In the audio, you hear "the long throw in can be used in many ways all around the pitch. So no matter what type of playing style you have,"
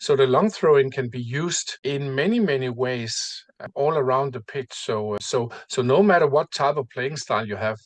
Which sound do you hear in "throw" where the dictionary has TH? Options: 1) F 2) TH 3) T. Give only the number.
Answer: 2